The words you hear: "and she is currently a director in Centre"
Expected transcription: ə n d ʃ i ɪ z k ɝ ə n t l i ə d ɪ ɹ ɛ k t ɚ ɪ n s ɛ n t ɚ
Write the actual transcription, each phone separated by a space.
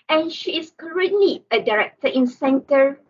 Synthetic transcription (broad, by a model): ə n ʃ i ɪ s k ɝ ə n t l i ə d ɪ ɹ ɛ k t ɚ ɪ n s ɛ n t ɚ